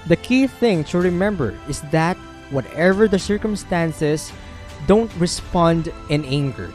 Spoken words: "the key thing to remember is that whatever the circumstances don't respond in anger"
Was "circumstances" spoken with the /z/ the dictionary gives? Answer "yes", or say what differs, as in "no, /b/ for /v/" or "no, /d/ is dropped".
no, /s/ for /z/